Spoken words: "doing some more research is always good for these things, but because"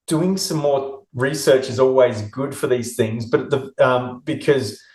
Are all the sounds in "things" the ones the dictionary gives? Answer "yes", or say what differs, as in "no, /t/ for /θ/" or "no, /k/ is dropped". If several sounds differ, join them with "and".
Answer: yes